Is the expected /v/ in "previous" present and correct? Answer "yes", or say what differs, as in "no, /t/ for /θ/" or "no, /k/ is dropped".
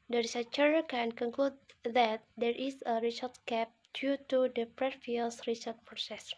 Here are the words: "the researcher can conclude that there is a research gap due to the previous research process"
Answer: no, /f/ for /v/